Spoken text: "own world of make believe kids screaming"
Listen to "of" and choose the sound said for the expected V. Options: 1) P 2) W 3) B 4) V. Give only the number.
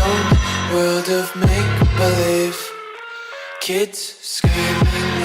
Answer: 4